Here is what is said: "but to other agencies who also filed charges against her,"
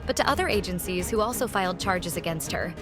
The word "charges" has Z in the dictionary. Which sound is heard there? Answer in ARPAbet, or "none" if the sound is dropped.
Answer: Z